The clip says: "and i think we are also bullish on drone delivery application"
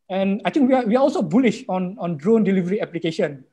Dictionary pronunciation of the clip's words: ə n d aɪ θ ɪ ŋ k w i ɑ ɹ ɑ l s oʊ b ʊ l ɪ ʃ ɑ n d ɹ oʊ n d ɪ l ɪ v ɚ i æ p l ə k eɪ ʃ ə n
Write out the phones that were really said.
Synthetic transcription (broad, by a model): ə n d aɪ t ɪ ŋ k w i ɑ w ɑ l s oʊ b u l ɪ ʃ ɑ n d ɹ oʊ n d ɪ l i v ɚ i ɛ p l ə k eɪ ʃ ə n